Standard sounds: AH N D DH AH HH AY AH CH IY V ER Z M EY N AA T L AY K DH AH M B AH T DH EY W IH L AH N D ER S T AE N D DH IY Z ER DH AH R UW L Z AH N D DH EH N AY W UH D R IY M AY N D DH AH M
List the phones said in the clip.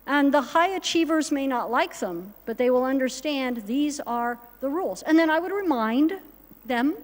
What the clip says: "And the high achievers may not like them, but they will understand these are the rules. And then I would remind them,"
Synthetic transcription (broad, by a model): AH N DH AH HH AY AH CH IY V ER Z M EY N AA T L AY K DH AH M B AH T DH EY W IH L AH N D ER S T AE N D DH IY Z ER DH AH R UW L Z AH N DH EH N AY W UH D R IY M AY N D DH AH M